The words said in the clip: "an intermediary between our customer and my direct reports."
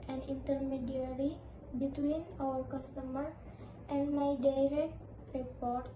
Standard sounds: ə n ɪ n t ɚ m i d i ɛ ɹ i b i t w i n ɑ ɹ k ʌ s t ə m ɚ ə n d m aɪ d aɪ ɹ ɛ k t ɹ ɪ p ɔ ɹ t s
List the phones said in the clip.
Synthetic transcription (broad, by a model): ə n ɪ n t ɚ m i d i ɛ ɹ i b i t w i n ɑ l k ʌ s t ə m ɚ ə n d m aɪ d aɪ ɹ ɛ k t ɹ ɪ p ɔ ɹ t